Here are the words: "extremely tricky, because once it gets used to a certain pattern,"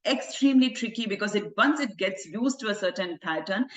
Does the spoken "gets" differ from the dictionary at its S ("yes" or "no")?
no